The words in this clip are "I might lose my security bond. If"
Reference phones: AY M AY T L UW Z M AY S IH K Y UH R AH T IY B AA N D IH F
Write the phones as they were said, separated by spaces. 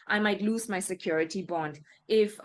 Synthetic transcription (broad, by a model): AY M AY T L UW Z M AY S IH K Y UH R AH T IY B AA N D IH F